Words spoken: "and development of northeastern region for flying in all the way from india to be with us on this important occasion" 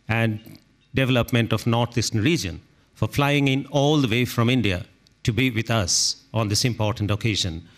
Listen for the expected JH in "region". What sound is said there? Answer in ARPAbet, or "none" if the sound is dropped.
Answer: JH